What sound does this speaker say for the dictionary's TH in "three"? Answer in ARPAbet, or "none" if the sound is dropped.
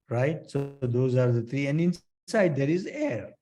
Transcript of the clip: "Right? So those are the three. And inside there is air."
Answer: T